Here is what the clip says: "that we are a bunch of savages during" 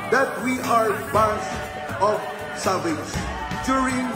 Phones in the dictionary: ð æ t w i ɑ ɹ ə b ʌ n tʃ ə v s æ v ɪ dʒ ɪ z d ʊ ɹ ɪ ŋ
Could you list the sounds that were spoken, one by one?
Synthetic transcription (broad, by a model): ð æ t w i ɑ ɹ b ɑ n s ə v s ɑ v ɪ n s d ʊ ɹ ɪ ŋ